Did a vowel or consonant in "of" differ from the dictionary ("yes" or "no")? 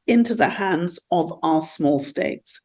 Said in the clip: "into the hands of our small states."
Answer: no